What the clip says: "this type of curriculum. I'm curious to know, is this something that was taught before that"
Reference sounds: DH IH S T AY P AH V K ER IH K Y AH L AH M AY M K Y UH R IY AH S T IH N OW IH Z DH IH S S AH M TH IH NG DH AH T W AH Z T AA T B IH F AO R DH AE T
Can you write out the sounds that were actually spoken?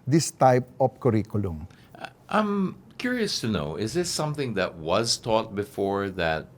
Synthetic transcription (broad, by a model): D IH S T AY P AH F K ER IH K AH L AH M AY M K Y UH R IY AH S T IH N OW IH Z DH IH S S AH M TH IH NG DH AH T W AH Z T AA T B IH F AO R DH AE T